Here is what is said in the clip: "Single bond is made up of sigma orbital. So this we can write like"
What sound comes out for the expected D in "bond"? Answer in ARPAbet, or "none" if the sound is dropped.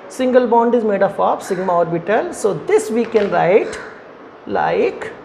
D